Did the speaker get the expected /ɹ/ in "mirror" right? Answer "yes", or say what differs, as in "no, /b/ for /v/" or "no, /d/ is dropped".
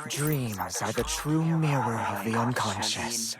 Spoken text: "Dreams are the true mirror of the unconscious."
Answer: yes